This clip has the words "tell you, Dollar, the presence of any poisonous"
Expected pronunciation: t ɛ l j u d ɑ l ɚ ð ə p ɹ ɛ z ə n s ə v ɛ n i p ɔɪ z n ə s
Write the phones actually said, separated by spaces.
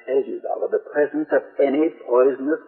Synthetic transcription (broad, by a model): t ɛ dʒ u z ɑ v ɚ ð ə p ɹ ɛ z ə n s ə v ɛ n i p ɔɪ z n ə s